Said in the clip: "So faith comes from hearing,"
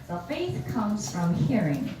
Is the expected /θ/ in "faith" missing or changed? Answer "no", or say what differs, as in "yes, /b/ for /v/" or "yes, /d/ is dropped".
no